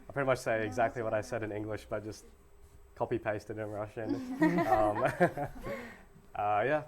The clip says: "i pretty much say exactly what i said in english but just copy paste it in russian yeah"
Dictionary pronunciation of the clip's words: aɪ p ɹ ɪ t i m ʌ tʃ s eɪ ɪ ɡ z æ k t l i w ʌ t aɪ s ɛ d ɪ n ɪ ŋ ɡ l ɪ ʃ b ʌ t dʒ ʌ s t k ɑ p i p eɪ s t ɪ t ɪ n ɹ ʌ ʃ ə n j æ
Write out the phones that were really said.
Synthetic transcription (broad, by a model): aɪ p ɹ ɪ t i m ʌ tʃ s eɪ ɪ ɡ z æ k t l i w ʌ t aɪ s ɛ d ɪ n ɪ ŋ ɡ l ɪ ʃ b ʌ t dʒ ʌ s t k ɑ p i p eɪ s t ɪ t ɪ n ɹ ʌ ʃ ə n j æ